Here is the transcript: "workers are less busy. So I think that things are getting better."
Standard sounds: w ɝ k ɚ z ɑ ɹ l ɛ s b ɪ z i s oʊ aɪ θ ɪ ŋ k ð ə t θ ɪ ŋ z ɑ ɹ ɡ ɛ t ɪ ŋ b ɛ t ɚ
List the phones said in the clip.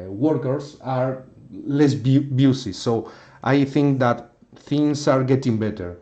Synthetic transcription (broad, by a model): w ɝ k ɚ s ɑ ɹ l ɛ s b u s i s oʊ aɪ θ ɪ ŋ k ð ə t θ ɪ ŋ s ɑ ɹ ɡ ɛ t ɪ ŋ b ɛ t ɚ